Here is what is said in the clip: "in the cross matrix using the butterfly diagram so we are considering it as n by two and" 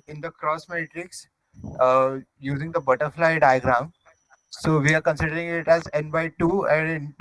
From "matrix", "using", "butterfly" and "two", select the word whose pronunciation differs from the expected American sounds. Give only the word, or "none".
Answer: none